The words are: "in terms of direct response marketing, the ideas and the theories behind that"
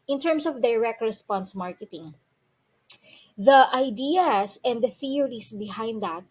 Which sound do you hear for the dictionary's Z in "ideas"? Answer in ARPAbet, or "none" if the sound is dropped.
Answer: S